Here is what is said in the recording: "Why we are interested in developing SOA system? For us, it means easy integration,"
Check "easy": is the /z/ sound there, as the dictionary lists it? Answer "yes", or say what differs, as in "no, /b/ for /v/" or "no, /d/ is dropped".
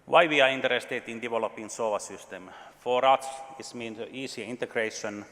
no, /s/ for /z/